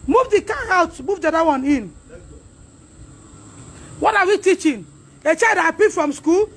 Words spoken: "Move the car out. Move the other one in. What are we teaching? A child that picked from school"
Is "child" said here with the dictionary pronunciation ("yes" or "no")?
no